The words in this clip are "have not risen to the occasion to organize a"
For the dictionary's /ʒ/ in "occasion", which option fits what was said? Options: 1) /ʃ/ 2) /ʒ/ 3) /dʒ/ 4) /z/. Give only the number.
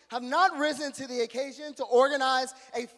2